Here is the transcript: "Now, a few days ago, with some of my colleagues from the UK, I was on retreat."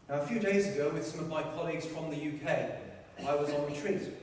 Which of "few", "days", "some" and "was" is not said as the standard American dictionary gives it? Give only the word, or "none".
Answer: none